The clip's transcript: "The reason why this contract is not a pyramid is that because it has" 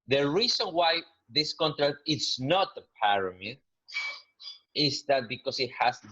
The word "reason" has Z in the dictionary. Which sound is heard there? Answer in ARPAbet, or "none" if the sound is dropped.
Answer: S